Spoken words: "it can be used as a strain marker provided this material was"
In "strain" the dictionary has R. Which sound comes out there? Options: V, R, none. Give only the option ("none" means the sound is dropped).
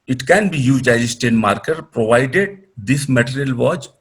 none